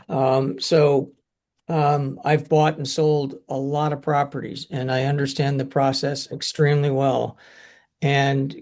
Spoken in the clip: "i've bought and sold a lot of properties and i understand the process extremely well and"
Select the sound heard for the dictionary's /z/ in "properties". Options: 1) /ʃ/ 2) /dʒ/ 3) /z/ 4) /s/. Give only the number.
3